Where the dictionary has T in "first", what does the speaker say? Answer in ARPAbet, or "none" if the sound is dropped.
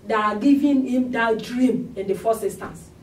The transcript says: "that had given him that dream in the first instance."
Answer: none